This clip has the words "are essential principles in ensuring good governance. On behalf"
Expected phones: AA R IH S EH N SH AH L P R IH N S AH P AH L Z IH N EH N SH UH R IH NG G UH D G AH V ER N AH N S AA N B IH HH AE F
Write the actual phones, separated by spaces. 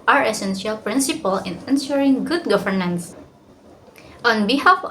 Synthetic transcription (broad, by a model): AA R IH S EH N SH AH L P R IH N S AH P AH L IH N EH N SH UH R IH NG G UH D G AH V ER N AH N S AA N B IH HH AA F